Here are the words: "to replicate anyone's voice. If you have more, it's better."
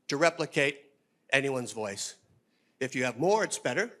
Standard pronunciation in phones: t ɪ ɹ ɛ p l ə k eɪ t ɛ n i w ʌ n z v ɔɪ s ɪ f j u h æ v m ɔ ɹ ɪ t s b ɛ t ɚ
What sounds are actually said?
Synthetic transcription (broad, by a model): t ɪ ɹ ɛ p l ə k eɪ t ɛ n i w ʌ n z v ɔɪ s ɪ f j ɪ v m ɔ ɹ ɪ t s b ɛ t ɚ